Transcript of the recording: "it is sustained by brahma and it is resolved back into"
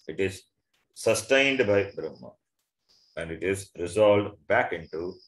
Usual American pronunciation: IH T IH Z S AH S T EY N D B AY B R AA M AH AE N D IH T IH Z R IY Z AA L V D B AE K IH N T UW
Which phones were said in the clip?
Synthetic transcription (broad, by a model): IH T IH Z S AH S T EY N D B AY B R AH M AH AE N D IH T IH Z R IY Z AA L D B AE K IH N T UW